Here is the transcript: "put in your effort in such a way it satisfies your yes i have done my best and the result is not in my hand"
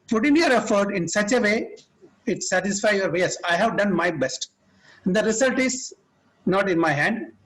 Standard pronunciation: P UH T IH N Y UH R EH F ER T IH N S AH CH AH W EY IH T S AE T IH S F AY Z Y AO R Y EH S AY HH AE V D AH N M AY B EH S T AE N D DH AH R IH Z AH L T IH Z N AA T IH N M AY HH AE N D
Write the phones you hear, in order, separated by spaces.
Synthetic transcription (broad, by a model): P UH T IH N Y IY R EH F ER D IH N S AH CH AH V EY IH T S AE T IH S F AY Y AO R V EH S AY HH AE V D AH N M AY B EH S T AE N D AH R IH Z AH L T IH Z N AA T IH N M AY HH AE N D